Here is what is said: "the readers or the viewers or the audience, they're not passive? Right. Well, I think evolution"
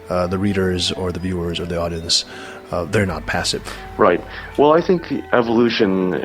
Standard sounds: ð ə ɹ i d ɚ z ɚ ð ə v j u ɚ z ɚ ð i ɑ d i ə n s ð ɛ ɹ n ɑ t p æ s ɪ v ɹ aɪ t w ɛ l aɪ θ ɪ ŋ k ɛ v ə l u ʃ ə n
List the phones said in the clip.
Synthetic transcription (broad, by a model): ð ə ɹ i d ɚ z ɚ ð ə v j u ɚ z ɚ ð i ɑ d i ə n s ð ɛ ɹ n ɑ t p æ s ɪ v ɹ aɪ t w ɛ l aɪ θ ɪ ŋ k ɛ v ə l u ʃ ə n